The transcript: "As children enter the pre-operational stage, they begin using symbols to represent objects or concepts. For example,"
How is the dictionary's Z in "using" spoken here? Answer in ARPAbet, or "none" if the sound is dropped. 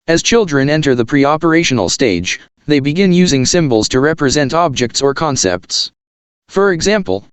Z